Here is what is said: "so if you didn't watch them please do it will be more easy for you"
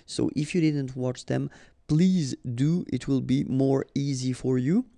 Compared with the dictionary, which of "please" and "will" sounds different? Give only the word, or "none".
none